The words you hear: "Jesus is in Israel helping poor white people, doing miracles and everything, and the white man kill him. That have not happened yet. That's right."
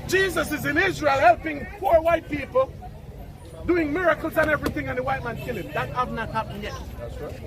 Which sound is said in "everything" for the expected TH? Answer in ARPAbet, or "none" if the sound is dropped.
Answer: TH